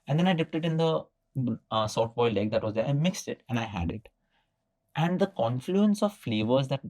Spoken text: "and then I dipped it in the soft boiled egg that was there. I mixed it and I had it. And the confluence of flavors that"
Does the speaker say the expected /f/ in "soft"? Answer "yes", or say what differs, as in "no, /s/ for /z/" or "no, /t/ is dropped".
no, /f/ is dropped